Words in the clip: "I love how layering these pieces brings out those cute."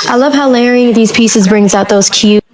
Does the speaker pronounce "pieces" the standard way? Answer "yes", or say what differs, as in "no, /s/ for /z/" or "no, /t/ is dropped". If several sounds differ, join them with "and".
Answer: yes